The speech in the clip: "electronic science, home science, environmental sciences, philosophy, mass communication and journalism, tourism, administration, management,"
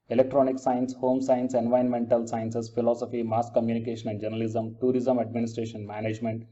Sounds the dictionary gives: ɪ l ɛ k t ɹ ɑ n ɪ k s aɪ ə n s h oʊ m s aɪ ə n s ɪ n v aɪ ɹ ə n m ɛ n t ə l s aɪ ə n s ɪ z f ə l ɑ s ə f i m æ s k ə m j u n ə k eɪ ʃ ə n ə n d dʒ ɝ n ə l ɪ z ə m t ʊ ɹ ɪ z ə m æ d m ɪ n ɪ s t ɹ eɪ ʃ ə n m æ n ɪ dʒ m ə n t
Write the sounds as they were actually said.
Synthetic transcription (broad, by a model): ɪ l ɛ k t ɹ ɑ n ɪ k s aɪ ə n s h oʊ m s aɪ ə n s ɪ n v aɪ ə n m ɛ n t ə l s aɪ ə n s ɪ s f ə l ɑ s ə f i m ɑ s k ə m j u n ə k eɪ ʃ ə n ə n d dʒ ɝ n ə l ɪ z ə m t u ɹ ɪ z ə m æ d m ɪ n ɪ s t ɹ eɪ ʃ ə n m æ n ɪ dʒ m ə n t